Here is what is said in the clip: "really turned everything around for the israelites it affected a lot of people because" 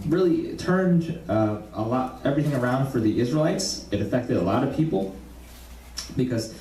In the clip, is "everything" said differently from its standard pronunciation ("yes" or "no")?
no